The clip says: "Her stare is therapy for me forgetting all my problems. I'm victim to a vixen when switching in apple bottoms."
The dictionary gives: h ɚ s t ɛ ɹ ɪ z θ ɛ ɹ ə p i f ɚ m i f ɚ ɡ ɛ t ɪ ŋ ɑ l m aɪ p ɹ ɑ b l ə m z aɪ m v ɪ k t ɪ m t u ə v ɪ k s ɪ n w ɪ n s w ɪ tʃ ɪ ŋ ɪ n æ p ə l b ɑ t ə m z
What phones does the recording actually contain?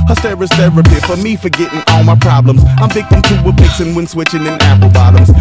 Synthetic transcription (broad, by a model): h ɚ s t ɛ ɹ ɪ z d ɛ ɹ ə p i f ɚ m i f ɚ ɡ ɛ t ɪ ŋ ɑ l m aɪ p ɹ ɑ b l ə m z aɪ m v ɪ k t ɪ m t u ə p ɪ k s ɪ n w ɪ n s w ɪ tʃ ɪ ŋ ɪ n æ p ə l b ɑ t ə m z